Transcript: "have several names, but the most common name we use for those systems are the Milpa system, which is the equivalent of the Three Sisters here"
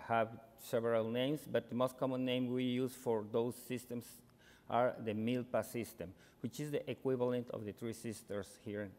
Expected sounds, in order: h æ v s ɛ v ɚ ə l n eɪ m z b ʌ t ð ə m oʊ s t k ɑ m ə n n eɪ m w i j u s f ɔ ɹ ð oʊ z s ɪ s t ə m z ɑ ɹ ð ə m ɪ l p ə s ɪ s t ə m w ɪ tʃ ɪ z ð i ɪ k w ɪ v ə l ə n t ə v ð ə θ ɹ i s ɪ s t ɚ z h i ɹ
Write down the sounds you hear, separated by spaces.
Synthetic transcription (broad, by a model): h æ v s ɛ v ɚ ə l n eɪ m s b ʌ t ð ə m oʊ s t k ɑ m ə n n eɪ m w i j u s f ɔ ɹ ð oʊ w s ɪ s t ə m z ɑ ɹ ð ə m ɪ l p ə s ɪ s t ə m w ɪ tʃ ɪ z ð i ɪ k w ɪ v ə l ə n t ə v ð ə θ ɹ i s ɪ s t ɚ s h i ɹ